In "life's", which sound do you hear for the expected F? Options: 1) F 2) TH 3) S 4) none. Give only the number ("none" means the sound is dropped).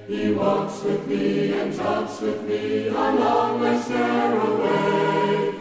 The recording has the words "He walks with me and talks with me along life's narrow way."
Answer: 4